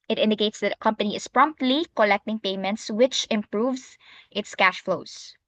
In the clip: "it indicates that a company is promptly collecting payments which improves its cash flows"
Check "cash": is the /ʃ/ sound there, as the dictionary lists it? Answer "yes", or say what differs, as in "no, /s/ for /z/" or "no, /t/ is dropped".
yes